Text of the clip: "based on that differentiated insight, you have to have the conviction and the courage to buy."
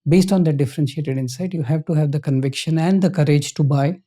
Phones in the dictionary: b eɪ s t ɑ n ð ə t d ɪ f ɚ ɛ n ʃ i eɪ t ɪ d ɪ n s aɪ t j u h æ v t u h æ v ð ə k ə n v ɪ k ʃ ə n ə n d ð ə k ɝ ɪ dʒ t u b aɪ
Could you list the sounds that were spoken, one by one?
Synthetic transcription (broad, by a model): b eɪ s t ɑ n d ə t d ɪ f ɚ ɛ n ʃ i eɪ t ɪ d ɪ n s aɪ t j u h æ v t u h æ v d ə k ə n v ɪ k ʃ ə n ə n d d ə k ɝ ɪ dʒ t u b aɪ